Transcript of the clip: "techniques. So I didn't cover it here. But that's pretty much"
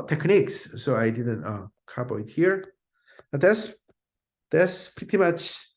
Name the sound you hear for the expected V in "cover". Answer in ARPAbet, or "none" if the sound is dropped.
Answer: B